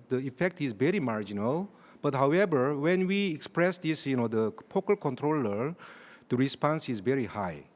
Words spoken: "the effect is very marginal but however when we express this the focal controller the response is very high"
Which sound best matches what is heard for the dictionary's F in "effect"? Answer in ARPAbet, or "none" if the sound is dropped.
F